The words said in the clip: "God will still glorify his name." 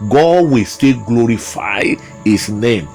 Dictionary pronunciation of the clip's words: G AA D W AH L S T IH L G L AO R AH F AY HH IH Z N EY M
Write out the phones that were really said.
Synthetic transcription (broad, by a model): G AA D W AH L S T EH G L AO R AH F AY HH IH S N EY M